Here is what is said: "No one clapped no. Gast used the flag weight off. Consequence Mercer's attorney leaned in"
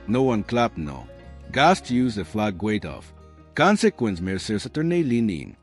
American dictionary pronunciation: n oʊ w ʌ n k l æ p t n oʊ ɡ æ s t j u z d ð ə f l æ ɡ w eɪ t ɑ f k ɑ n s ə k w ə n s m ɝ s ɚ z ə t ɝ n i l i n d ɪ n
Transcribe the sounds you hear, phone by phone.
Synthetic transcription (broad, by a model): n oʊ w ʌ n k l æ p n oʊ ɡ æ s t j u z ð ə f l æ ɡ w eɪ t ɑ f k ɑ n s ə k w ə n s m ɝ s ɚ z ə t ɝ n i l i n ɪ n